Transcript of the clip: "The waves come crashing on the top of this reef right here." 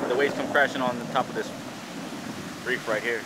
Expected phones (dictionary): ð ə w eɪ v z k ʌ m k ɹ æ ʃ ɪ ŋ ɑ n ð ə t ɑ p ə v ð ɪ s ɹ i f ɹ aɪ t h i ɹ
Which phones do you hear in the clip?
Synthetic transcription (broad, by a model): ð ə w eɪ z k ʌ m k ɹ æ ʃ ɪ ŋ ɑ n ð ə t ɑ p ə v ð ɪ s ɹ i f ɹ aɪ t h i ɹ